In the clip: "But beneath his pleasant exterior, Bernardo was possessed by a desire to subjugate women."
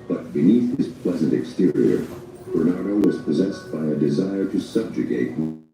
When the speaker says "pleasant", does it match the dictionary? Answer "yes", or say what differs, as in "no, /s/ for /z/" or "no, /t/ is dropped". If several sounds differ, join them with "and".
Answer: yes